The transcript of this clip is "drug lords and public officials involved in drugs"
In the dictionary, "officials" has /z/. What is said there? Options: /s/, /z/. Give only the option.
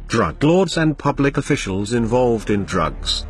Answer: /z/